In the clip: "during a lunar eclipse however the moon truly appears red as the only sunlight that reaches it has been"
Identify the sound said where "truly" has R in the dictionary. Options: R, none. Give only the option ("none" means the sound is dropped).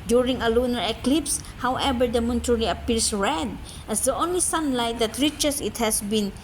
none